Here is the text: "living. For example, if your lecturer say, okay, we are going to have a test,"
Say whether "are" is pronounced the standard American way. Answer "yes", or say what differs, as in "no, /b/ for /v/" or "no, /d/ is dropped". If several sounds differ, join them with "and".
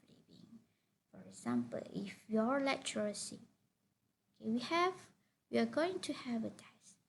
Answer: no, /w/ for /ɹ/